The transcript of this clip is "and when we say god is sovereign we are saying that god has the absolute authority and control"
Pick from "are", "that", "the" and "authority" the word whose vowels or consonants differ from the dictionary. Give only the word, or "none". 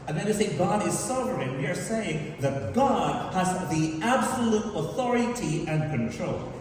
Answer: none